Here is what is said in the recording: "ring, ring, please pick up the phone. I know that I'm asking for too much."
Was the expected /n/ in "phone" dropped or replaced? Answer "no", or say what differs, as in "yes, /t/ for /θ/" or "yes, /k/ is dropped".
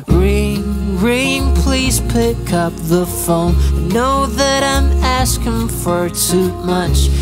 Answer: yes, /n/ is dropped